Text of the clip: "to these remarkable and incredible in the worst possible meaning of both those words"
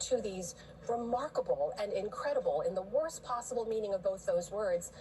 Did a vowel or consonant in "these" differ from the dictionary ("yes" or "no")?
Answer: no